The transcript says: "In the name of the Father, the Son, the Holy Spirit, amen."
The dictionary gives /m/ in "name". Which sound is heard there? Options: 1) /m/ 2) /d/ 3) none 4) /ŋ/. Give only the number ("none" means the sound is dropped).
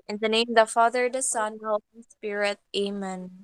3